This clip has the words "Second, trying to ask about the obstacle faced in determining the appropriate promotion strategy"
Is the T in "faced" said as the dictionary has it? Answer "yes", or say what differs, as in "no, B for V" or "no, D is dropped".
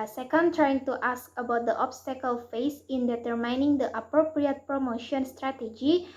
no, T is dropped